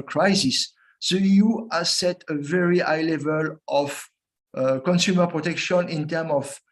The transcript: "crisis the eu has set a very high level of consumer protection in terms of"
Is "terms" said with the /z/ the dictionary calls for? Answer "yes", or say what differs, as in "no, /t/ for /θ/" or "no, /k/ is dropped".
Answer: no, /z/ is dropped